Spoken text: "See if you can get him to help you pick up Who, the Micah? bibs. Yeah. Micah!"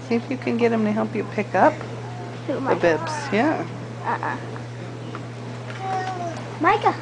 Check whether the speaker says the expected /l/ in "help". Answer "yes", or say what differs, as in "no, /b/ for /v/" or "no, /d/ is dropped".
yes